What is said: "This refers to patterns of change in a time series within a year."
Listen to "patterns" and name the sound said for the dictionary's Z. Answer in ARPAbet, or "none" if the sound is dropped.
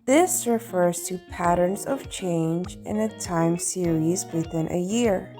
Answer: Z